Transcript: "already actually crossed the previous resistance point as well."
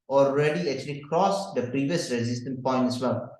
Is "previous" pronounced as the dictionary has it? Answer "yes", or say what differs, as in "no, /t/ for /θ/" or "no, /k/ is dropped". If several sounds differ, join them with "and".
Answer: yes